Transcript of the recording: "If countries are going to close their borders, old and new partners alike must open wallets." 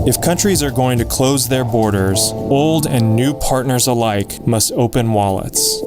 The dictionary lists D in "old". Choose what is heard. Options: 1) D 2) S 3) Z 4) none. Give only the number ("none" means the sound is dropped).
1